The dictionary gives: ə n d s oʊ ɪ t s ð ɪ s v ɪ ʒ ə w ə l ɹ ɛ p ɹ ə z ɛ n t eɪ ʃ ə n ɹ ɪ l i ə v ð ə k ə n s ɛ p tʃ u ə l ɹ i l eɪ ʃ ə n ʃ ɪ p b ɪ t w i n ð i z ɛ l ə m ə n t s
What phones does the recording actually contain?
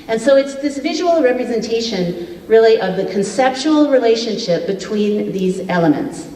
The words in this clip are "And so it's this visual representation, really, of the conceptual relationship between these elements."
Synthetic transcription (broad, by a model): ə n s oʊ ɪ t s ð ɪ s v ɪ ʒ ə w l ɹ ɛ p ɹ ə z ɛ n t eɪ ʃ ə n ɹ ɪ l i ə v ð ə k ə n s ɛ p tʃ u l ɹ i l eɪ ʃ ə n ʃ ɪ p b ɪ t w i n ð i z ɛ l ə m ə n t s